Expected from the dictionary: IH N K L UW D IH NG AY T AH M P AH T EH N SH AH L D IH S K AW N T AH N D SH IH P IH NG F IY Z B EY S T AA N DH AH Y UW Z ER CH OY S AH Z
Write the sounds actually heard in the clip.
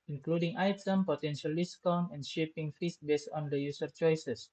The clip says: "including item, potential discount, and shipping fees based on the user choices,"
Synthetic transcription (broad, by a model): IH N K L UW D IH NG AY T AH M P AH T EH N SH AH L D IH S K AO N AH N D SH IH P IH NG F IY S B EY S T AA N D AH Y UW S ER CH OY S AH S